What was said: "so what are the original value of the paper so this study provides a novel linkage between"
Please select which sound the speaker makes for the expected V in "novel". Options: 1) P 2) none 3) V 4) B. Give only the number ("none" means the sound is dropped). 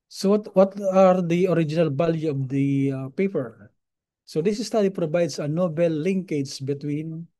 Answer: 4